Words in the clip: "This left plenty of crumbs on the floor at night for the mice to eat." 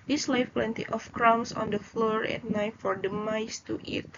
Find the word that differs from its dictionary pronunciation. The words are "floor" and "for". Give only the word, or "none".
none